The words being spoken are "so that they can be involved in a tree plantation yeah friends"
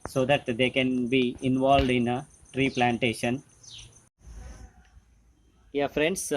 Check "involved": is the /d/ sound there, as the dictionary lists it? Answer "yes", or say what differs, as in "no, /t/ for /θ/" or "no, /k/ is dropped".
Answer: yes